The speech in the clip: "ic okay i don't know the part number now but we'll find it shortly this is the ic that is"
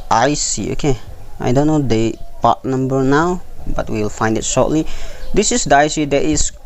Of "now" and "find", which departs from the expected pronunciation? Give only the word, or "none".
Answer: none